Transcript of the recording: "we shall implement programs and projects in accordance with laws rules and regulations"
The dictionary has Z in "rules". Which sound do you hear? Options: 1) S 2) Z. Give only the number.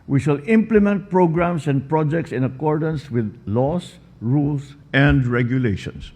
1